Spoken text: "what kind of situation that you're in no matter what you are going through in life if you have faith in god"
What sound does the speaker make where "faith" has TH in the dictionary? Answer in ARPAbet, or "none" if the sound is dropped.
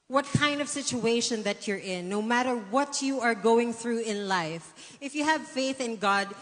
TH